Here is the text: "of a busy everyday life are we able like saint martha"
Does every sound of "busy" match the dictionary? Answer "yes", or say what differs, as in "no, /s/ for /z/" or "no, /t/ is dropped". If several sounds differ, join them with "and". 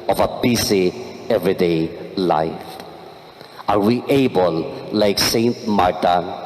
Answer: no, /s/ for /z/